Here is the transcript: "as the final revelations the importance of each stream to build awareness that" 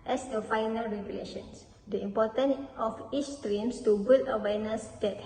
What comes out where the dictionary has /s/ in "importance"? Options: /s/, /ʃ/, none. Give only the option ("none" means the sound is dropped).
none